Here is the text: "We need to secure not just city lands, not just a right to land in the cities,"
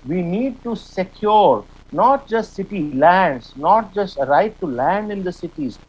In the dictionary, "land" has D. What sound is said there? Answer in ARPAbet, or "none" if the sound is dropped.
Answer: D